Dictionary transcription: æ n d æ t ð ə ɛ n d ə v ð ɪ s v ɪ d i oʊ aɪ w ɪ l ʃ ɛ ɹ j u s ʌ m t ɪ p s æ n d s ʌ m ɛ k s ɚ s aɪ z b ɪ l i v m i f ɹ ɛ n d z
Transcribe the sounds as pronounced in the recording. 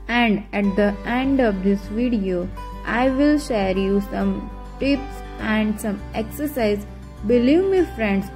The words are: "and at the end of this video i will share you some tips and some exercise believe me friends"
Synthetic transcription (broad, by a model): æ n d æ t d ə ɛ n d ə v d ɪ s v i d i oʊ aɪ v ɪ l ʃ ɛ ɹ j u s ʌ m t ɪ p s æ n d s ʌ m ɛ k s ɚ s aɪ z b ɪ l i v m i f ɹ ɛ n d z